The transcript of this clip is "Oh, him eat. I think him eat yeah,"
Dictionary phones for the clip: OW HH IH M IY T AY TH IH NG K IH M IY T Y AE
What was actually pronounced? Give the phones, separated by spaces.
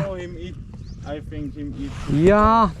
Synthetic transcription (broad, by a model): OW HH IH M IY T AY F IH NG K IH M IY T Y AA